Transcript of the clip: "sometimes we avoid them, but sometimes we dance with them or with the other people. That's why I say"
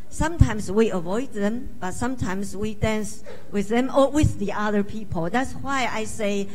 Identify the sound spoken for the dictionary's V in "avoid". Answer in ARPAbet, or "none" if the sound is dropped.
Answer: V